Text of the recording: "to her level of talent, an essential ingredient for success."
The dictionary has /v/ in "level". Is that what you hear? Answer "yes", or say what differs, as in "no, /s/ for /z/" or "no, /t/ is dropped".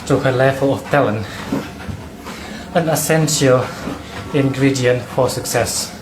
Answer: no, /f/ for /v/